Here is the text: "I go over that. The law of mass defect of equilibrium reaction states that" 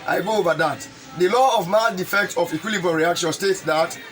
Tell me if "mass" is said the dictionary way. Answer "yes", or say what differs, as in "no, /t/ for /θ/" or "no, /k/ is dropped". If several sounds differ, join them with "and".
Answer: no, /s/ is dropped